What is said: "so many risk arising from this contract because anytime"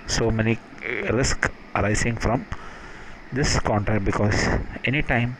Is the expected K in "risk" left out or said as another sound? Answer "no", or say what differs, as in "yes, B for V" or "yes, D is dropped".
no